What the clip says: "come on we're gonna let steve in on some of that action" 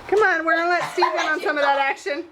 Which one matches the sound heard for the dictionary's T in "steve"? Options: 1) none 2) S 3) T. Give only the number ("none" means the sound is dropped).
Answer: 2